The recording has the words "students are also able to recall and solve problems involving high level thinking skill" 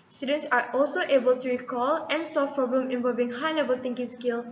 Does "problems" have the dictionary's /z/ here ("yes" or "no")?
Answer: no